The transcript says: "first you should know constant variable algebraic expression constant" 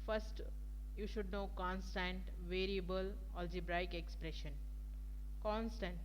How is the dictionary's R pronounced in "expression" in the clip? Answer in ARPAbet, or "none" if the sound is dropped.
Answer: R